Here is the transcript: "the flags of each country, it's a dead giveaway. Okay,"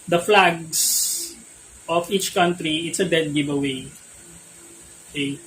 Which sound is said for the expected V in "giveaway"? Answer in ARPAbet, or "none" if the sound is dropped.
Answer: B